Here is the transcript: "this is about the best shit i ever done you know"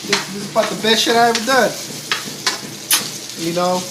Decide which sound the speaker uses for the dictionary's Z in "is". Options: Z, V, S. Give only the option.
S